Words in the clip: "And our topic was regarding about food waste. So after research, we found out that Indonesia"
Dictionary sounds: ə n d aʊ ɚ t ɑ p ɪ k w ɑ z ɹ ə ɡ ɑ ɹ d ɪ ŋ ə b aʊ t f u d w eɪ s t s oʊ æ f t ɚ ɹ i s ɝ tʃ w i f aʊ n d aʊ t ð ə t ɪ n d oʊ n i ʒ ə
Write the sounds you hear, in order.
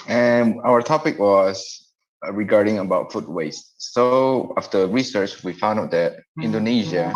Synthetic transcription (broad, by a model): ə n aʊ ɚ t ɑ p ɪ k w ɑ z ɹ ə ɡ ɑ ɹ d ɪ ŋ ə b aʊ t f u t w eɪ s t s oʊ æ f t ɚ ɹ i s ɝ tʃ w i f aʊ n d aʊ t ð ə t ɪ n d oʊ n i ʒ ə